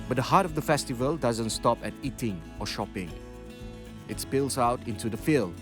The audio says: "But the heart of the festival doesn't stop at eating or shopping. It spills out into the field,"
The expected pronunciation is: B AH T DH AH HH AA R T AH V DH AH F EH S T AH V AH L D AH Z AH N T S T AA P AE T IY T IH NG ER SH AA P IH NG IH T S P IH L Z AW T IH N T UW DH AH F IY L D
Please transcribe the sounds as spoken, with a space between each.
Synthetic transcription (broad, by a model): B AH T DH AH HH AA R T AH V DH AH F EH S T AH V AH L D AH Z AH N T S T AA P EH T IY T IH NG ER SH AA P IH NG IH T S P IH L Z AW T IH N T UW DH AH F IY L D